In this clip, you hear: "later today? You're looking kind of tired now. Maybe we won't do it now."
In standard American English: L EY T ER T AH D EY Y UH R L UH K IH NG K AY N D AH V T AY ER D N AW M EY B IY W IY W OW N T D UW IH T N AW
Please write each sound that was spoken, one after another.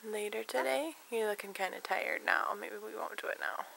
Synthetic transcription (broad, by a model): L EY T ER T AH D EY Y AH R L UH K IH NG K AY N D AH T AY ER D N AW M EY B IY W IY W OW N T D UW IH T N AW